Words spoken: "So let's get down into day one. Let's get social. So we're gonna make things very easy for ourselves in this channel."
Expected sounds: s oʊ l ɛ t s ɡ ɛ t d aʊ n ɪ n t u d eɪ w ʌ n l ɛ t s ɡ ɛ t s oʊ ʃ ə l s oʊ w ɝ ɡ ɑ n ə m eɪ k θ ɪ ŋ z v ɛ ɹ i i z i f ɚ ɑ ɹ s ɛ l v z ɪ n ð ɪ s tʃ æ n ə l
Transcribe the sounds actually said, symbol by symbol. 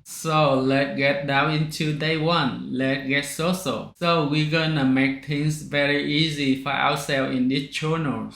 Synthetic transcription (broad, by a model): s oʊ l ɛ t ɡ ɛ t d aʊ n ɪ n t u d eɪ w ʌ n l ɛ t ɡ ɛ t s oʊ s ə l s oʊ w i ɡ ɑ n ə m eɪ k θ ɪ ŋ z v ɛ ɹ i i z i f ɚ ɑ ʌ s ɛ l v ɪ n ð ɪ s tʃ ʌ n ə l